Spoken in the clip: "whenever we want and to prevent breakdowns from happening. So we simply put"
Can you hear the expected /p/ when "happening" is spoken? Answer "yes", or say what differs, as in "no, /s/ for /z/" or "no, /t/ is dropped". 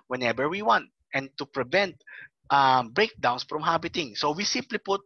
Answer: no, /b/ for /p/